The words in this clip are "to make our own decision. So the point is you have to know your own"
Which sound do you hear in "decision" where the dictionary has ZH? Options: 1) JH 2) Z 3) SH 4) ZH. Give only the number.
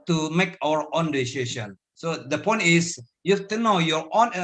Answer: 3